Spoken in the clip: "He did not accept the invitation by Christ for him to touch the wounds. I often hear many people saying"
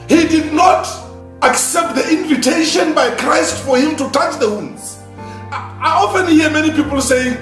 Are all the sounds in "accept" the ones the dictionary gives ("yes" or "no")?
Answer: yes